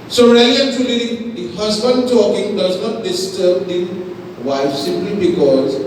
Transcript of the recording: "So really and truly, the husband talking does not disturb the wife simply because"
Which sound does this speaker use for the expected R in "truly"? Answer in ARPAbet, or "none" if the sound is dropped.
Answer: none